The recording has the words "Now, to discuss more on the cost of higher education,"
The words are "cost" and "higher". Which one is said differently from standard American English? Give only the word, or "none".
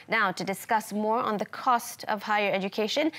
none